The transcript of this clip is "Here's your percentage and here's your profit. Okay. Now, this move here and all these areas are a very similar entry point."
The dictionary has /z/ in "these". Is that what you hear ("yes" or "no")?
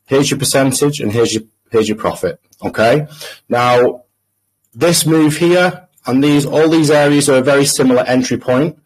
yes